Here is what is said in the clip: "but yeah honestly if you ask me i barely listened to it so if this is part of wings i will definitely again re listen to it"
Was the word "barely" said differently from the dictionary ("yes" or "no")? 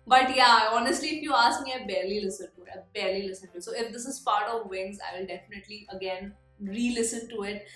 no